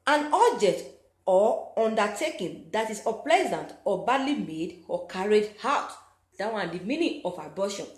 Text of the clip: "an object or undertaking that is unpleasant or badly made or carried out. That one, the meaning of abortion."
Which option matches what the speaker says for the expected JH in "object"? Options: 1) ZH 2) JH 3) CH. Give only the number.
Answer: 2